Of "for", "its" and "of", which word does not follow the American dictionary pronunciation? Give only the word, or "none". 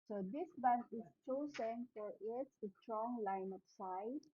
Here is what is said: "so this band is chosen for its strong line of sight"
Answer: of